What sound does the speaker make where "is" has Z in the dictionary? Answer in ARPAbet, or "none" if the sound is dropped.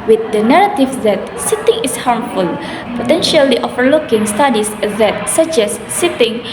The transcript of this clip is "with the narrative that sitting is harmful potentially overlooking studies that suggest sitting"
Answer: S